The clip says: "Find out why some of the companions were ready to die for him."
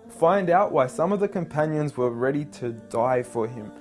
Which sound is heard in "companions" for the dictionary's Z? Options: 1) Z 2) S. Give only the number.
1